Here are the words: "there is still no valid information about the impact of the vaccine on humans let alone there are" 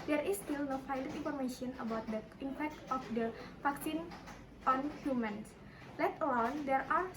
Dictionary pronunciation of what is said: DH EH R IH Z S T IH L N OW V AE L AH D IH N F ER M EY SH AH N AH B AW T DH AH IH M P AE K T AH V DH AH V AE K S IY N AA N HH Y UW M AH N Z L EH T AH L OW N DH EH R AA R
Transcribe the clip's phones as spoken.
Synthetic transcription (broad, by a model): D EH R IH S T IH L N OW F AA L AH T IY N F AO M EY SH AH N AH B AW T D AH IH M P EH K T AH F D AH F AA K S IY N AA N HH Y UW M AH N S L EH T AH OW N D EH R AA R